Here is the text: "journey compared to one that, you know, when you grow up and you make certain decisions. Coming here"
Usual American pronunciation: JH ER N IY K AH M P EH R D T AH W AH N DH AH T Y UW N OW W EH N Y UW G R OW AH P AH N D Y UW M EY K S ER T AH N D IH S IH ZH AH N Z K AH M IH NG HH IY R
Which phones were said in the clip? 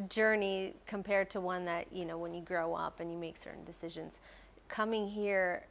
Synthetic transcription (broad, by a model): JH ER N IY K AH M P EH R D T AH W AH N DH AH T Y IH N OW W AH N Y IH G R OW AH P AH N Y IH M EY K S ER T N D IH S IH ZH AH N Z K AH M IH NG HH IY R